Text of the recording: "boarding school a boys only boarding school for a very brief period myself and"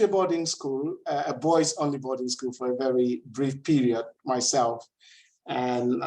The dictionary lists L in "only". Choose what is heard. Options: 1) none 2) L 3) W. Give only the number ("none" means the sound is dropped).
2